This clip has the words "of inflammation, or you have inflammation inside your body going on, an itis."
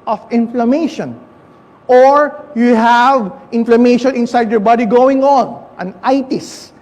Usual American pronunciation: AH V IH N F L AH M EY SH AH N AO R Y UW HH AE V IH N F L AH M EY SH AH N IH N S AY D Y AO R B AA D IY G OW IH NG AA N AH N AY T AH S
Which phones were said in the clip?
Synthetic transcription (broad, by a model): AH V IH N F L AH M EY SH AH N AO R Y UW HH AE V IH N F L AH M EY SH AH N IH N S AY D Y AO R B AA D IY G OW IH NG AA N AH N AY T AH S